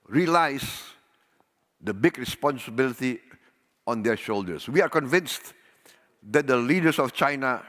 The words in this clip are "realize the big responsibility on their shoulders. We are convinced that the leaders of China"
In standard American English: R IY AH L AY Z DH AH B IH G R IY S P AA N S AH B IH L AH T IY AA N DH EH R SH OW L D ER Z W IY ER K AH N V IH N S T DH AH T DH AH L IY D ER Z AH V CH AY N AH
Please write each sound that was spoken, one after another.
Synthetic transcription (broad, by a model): R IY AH L AY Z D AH B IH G R IY S P AA N S AH B IH L AH T IY AA N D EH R SH OW L D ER S W IY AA K AH N V IH N S T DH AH T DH AH L IY D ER S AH F CH AY N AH